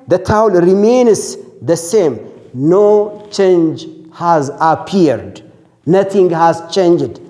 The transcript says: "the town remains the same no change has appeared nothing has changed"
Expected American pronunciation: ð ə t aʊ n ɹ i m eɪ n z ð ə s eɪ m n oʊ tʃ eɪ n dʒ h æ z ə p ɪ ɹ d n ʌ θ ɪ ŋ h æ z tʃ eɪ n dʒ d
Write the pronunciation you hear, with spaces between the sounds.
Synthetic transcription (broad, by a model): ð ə t aʊ l ɹ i m eɪ n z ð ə s eɪ m n oʊ tʃ eɪ n dʒ h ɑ z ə p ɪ ɹ d n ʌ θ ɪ ŋ h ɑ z tʃ eɪ n dʒ d